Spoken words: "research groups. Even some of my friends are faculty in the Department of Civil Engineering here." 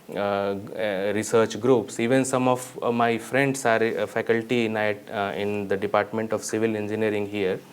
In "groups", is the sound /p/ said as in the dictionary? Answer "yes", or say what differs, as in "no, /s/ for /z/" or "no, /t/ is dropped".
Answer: yes